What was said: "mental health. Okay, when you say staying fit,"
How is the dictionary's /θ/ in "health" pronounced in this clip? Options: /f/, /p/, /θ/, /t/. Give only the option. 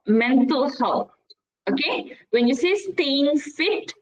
/t/